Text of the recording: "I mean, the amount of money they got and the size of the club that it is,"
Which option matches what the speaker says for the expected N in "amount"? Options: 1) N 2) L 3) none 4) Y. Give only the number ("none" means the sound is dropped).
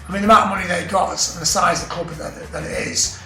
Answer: 3